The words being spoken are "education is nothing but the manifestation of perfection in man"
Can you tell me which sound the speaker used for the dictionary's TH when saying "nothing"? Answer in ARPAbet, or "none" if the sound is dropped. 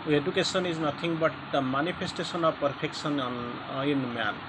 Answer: T